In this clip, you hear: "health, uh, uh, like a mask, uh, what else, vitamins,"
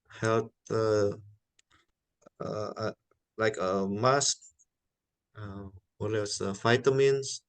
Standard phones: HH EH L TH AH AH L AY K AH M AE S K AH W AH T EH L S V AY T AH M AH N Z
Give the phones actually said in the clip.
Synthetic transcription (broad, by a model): HH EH L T AH AH L AY K AH M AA S K AH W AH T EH S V AY T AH M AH N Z